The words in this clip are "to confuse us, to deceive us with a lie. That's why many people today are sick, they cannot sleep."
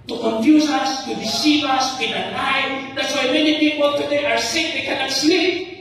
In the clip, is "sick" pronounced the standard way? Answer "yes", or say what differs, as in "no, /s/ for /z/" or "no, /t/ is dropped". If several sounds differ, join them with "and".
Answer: yes